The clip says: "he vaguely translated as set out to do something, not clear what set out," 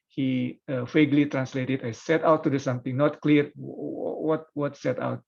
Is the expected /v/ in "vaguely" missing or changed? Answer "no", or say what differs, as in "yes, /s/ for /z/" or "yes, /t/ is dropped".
yes, /f/ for /v/